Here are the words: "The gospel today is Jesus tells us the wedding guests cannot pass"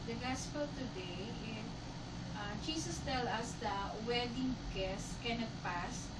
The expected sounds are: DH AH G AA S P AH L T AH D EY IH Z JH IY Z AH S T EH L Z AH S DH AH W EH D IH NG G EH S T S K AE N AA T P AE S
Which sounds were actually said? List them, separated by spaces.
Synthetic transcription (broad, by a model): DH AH G AA S P AH L T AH D EY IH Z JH IY S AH S T EH L AH S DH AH W EH D IH NG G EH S S K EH N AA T P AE S